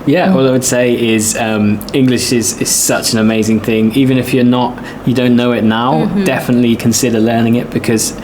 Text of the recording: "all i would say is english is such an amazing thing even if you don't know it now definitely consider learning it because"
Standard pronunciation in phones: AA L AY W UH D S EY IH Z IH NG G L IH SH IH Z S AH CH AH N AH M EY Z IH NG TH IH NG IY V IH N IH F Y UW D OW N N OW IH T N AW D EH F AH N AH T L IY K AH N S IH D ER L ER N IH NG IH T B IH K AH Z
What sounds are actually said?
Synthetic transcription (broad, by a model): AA L AY W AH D S EY IH Z IH NG G L IH SH IH Z S AH CH AH N AH M EY Z IH NG TH IH NG IY V IH N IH F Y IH D OW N N OW IH T N AW D EH F AH N AH T L IY K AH N S IH D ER L ER N IH NG IH T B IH K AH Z